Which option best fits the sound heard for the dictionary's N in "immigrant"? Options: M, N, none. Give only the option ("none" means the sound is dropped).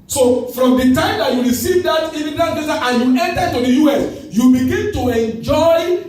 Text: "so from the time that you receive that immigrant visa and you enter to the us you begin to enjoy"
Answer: none